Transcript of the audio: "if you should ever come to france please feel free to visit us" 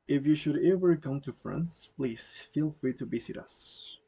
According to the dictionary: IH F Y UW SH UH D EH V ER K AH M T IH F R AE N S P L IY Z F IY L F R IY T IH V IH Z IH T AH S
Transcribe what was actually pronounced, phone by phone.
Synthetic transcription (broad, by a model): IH F Y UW SH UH D EH V ER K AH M T IH F R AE N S P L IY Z F IY L F R IY T IH B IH S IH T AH S